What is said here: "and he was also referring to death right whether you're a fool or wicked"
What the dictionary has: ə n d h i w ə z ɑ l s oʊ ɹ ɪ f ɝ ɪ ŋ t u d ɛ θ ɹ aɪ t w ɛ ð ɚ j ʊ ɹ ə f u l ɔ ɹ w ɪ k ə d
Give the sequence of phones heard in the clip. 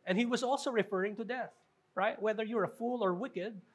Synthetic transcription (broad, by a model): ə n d h i w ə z ɑ l s oʊ ɹ ɪ f ɝ ɪ ŋ t u d ɛ θ ɹ aɪ t w ɛ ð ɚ j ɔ ɹ ə f u l ɔ ɹ w ɪ k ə d